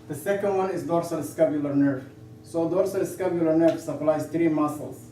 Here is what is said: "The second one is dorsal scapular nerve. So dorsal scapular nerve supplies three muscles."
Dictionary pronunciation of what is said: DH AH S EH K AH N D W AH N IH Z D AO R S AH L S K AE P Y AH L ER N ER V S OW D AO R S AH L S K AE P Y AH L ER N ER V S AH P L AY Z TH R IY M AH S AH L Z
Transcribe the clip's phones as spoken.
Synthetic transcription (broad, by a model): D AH S EH K AH N D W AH N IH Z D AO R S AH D S K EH B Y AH L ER N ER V S OW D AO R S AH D S K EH B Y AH L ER N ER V S AH P L AY Z T R IY M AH S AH L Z